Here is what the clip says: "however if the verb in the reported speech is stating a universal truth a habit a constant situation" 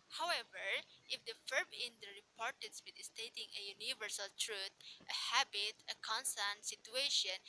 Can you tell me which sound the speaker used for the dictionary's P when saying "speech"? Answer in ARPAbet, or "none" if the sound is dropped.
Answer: B